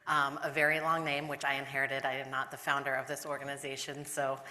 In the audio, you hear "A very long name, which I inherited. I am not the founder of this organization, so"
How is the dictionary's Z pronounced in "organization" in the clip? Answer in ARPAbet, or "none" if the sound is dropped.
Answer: Z